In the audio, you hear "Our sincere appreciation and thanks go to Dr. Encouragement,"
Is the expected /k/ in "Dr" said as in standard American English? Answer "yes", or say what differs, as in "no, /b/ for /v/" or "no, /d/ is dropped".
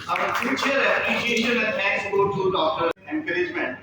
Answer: yes